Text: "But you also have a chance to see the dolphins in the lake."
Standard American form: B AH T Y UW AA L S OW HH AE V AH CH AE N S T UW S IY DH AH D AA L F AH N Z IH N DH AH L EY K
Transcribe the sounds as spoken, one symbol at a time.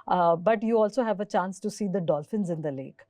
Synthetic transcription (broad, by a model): B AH T Y UW AA L S OW HH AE V AH CH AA N S T UW S IY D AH D AA L F AH N Z IH N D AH L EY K